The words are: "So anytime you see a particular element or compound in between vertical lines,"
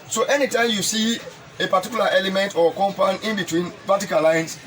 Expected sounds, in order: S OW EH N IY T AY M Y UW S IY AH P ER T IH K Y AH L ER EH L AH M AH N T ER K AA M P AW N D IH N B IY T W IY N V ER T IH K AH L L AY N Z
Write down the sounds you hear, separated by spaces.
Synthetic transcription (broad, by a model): S OW EH N IY T AY M Y UW S IY AH P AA T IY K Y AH L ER EH L AH M AH N T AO K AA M P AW N IH N B IY T W IY N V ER T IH K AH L L AY N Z